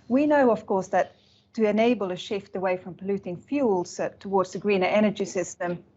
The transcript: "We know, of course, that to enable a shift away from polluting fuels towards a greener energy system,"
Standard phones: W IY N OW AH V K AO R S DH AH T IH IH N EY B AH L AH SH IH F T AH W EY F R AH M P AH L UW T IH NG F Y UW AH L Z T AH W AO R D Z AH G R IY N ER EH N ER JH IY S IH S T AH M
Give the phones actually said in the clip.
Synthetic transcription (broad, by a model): W IY N OW AH V K AO R S DH AH T IH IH N EY B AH L AH SH IH F T AH W EY F R AH M P AH L UW T IH NG F Y UW L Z T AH W AO R D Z AH G R IY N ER EH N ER JH IY S IH S T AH M